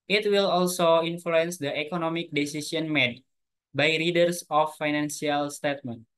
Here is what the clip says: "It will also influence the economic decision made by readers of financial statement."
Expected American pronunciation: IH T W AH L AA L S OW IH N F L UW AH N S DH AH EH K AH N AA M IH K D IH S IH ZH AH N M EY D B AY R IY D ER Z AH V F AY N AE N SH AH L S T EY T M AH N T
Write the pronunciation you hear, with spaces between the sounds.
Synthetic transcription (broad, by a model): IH T W AH L AA L S OW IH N F L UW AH N S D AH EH K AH N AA M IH K D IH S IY S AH N M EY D B AY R IY D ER S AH F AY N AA N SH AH L S T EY T M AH N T